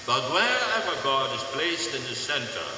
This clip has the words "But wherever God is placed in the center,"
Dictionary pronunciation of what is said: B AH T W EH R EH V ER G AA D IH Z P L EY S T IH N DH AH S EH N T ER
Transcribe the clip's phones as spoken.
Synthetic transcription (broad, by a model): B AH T W EH R EH V ER G AA D IH Z P L EY S T IH N DH AH S EH N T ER